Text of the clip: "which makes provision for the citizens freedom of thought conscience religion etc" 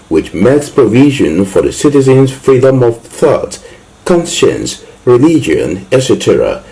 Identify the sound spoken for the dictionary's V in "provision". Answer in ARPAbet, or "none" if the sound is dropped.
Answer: V